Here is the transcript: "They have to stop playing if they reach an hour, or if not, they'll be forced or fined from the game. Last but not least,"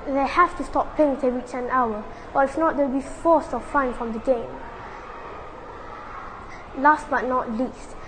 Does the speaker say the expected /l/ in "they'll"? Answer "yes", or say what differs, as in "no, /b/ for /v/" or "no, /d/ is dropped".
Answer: no, /w/ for /l/